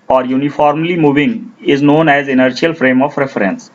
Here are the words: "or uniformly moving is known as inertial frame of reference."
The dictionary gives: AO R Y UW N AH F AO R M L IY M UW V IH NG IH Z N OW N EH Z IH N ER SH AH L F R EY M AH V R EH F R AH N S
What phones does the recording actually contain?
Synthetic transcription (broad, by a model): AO R Y UW N AH F AO R M L IY M UW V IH NG IH Z N OW N EH Z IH N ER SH AH L F R EY M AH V R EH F R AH N S